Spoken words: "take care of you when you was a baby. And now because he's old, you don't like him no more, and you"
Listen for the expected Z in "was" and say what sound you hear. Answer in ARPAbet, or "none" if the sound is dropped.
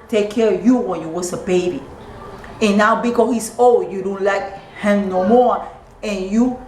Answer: S